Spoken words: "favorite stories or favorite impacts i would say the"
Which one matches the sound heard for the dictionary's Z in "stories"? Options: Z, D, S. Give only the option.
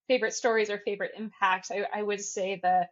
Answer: Z